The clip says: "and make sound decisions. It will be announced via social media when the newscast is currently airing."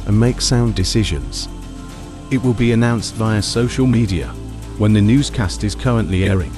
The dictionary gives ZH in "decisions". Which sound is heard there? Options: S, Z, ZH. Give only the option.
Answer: ZH